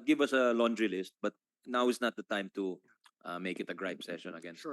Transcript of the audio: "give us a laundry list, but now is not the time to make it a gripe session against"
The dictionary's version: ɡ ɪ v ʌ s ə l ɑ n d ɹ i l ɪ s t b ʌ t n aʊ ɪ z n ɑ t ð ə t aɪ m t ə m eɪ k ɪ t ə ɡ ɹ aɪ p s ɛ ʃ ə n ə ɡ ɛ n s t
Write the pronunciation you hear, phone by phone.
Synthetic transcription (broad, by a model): ɡ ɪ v ʌ s ə l ɑ n d ɹ i l ɪ s t b ʌ t n aʊ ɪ s n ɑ t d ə t aɪ m t ə m eɪ k ɪ t ə ɡ ɹ aɪ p s ɛ ʃ ə n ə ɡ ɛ n